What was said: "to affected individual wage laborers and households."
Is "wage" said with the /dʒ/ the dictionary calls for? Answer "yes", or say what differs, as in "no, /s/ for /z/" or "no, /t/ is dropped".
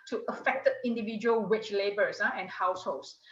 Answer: no, /tʃ/ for /dʒ/